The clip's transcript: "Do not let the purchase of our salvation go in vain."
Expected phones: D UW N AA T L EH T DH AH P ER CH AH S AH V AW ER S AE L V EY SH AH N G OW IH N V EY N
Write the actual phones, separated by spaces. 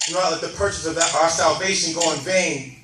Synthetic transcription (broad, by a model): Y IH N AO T L EH T DH AH P ER CH AH S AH V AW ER S AE L V EY SH AH N G OW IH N V EY N